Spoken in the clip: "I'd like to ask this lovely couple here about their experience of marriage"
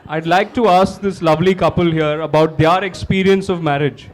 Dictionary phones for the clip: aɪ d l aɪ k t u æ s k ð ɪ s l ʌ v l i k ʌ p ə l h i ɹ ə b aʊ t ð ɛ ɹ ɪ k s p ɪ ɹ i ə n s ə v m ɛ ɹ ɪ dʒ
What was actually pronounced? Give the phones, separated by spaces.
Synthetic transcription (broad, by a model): aɪ d l aɪ k t u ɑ s k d ɪ s l ʌ v l i k ʌ p ə l h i ɹ ə b aʊ t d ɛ ɹ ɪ k s p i ɹ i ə n s ə v m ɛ ɹ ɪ dʒ